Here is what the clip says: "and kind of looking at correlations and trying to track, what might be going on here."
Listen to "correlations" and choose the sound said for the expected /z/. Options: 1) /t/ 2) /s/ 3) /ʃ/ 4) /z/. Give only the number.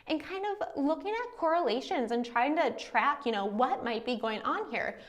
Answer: 4